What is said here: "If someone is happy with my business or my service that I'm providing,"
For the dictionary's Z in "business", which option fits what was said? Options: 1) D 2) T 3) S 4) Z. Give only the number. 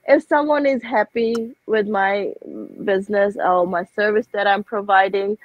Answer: 4